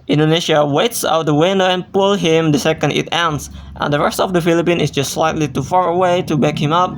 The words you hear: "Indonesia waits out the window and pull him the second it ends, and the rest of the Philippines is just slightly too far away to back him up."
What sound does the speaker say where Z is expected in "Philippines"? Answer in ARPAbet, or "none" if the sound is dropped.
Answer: none